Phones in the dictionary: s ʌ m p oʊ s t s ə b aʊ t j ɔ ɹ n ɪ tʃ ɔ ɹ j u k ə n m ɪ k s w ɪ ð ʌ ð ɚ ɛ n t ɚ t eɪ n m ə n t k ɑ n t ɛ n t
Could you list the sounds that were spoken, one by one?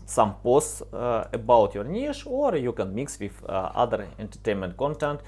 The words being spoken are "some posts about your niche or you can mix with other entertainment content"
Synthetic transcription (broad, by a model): s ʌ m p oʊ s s ə b aʊ t j ɔ ɹ n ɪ ʃ ɔ ɹ j u k ə n m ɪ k s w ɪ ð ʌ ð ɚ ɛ n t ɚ t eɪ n m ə n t k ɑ n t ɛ n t